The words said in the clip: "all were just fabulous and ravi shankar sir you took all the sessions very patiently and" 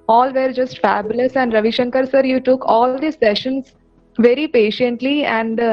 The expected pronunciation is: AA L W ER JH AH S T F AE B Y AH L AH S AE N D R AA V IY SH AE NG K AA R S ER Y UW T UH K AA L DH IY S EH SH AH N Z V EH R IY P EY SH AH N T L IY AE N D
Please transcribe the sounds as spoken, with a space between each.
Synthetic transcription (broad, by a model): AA L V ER JH AH S T F AE B Y AH L AH S AE N D R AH V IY SH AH NG K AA R S ER Y UW T UH K AA L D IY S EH SH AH N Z V EH R IY P EY SH AH N T L IY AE N D